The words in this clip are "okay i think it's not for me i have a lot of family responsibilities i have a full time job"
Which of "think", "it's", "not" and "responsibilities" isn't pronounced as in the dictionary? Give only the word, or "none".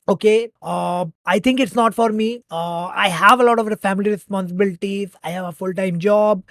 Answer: think